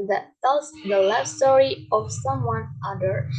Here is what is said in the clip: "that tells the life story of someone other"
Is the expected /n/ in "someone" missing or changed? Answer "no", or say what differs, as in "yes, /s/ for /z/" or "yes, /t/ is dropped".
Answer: no